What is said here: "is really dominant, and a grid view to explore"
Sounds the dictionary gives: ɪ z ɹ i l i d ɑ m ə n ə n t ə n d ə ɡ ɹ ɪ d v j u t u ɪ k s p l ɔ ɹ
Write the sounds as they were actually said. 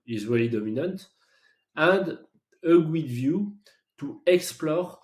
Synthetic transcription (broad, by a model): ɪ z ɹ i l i d ɑ m ə n ə n t ə n d ə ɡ w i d v j u t u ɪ k s p l ɔ ɹ